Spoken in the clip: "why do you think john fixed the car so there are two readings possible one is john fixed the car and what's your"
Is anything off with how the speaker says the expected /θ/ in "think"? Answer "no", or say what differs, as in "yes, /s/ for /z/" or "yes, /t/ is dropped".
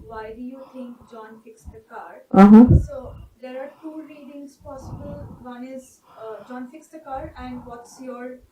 yes, /t/ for /θ/